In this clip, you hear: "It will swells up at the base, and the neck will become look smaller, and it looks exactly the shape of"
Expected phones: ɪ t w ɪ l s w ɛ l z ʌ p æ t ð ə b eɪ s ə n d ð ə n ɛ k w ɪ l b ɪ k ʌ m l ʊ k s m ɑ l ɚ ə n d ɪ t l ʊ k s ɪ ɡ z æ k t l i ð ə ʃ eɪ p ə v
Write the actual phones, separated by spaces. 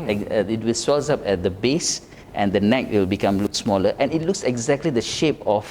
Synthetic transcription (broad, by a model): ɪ t w ɪ l s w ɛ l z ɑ p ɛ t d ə b eɪ s ə n d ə n ɛ k w ɪ l b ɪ k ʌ m l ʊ k s m ɑ l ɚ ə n ɪ t l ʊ k s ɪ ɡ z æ k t l i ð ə ʃ eɪ p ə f